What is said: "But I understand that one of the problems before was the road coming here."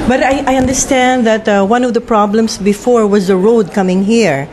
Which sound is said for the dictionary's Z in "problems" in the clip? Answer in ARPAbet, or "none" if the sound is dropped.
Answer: S